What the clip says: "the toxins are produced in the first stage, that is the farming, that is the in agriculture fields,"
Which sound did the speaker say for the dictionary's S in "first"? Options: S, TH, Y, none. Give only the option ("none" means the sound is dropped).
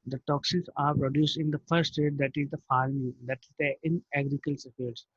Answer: none